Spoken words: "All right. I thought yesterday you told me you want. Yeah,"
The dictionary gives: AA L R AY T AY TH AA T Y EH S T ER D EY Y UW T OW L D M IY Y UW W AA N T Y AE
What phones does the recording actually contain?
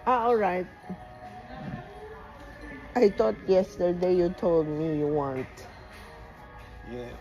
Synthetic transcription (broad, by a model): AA L R AY T AY T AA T Y EH S T ER D EY Y UW T OW L D M IY Y UW W AA N T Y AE